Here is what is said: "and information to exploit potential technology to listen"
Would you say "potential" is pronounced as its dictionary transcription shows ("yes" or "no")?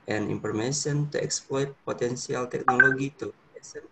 no